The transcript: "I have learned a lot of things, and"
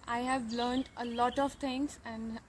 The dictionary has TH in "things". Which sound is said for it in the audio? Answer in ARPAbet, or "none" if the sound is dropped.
T